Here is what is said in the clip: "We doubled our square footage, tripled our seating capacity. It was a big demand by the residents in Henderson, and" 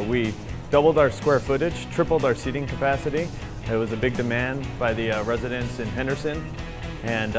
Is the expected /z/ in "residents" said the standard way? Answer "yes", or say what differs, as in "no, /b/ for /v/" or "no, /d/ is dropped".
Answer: yes